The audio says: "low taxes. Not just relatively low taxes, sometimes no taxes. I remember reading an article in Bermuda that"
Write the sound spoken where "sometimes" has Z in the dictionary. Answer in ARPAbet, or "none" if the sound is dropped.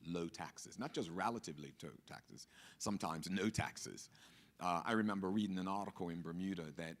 Z